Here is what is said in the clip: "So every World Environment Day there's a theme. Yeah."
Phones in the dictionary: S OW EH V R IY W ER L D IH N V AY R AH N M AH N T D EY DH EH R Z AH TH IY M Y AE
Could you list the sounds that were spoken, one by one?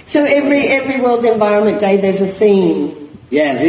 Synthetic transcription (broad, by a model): S OW EH V R IY W ER L D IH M V AY R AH N M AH N D EY DH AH R Z AH TH IY M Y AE